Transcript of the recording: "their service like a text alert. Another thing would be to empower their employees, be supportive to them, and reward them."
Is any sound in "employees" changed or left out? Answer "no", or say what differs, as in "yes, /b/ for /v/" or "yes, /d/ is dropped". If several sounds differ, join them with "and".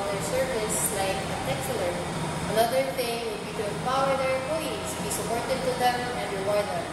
yes, /m/ is dropped and /s/ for /z/